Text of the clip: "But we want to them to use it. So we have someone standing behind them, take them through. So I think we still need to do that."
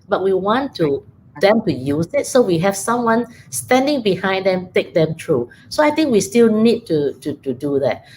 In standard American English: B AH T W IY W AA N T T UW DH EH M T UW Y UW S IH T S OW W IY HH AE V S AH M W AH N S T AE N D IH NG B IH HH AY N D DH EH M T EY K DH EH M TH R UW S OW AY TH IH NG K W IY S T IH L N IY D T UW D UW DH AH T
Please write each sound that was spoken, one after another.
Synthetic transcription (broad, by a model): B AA T W IY W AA N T T UW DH EH M T UW Y UW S IH T S OW W IY HH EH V S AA M W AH N S T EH N D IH NG B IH HH AY N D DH EH M T EY K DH EH M T R UW S OW AY T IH NG K W IY S T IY L N IY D T UW D UW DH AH T